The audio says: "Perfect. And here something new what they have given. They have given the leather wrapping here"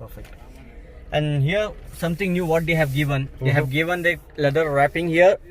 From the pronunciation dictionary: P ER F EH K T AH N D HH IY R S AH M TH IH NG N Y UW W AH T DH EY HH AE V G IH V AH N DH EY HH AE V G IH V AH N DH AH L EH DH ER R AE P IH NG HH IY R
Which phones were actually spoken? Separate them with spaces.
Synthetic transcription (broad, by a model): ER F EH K T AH N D HH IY R S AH M T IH NG N Y UW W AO T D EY HH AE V G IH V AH N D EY HH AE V G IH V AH N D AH L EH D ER R AE P IH NG HH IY R